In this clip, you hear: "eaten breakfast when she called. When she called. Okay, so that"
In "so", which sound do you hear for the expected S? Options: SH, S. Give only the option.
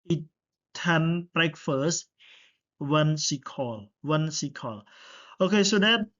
S